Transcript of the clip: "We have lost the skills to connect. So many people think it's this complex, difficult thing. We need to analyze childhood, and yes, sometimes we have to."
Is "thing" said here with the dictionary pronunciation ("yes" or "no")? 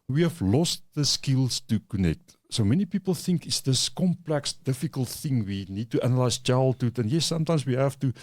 yes